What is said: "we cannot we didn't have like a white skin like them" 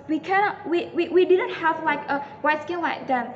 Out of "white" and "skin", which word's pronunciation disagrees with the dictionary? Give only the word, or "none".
skin